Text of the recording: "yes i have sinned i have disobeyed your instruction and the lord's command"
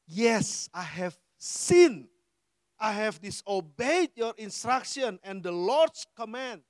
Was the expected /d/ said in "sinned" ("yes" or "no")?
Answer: no